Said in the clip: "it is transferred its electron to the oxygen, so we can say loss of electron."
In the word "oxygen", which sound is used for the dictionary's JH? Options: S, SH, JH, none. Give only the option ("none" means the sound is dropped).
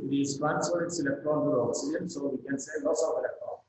none